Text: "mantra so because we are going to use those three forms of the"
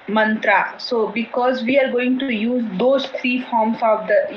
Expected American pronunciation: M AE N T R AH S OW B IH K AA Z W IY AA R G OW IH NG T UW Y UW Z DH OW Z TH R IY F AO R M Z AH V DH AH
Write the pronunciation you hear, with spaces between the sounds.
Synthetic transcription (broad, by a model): M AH N T R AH S OW B IH K AA Z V IY AA R G OW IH NG T UW Y UW Z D OW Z T R IY F AO R M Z AH V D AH